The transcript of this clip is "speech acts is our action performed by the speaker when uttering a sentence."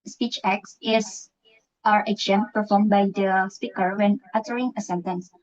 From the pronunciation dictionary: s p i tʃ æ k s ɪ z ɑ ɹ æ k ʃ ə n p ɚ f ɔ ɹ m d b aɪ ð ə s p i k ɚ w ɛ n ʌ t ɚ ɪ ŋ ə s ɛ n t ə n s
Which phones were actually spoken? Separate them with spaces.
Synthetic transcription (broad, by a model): s p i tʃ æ k s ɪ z ɑ ɹ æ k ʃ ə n p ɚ f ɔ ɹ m b aɪ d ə s p i k ɚ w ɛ n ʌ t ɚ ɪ ŋ ə s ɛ n t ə n s